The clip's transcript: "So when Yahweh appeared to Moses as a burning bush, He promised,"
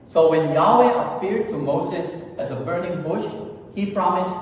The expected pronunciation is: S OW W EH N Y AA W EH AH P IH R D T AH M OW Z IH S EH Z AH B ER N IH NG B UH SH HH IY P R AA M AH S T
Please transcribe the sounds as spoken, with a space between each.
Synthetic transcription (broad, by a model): S OW W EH N Y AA W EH AH P IH R D T AH M OW Z IH S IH Z AH B ER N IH NG B UH SH HH IY P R AA M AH S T